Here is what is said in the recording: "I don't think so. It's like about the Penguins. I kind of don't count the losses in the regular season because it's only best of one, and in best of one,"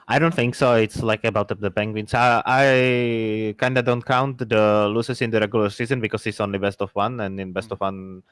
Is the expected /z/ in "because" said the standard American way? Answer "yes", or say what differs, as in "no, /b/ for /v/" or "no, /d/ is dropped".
no, /s/ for /z/